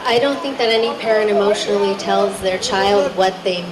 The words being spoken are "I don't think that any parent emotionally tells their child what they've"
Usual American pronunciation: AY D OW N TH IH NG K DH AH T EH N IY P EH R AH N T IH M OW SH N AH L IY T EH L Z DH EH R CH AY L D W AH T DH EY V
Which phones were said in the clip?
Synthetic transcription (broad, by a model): AY D OW N TH IH NG K DH AH T EH N IY P EH R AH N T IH M OW SH N L IY T EH L Z DH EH R CH AY L D W AH T DH EY